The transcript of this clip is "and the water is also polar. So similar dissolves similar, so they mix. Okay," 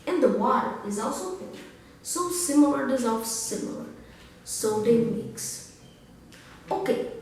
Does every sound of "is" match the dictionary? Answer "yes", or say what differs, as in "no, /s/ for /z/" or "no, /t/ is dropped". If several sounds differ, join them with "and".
yes